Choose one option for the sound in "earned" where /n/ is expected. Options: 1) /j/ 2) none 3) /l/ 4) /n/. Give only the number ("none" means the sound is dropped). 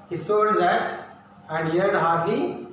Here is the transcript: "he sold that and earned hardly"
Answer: 2